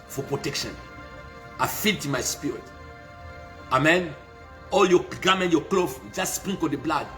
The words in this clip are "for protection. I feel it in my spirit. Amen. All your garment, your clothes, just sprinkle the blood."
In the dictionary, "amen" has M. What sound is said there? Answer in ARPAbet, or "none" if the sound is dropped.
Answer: M